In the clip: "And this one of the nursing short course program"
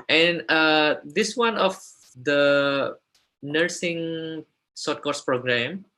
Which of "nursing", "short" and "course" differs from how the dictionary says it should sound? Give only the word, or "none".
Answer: short